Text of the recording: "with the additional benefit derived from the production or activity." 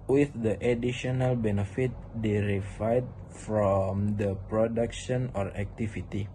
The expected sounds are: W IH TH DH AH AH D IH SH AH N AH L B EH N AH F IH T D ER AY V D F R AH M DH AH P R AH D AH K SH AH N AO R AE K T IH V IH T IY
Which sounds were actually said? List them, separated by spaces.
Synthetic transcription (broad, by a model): W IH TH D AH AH D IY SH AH N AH L B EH N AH F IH T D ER AY D F R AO M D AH P R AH D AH K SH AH N AO R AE K T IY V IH T IY